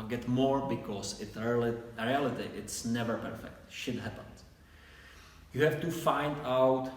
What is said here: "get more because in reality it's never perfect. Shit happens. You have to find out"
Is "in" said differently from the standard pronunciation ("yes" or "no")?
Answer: yes